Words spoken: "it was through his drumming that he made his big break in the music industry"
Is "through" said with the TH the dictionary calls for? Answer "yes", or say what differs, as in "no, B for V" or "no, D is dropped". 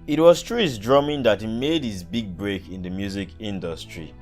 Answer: no, T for TH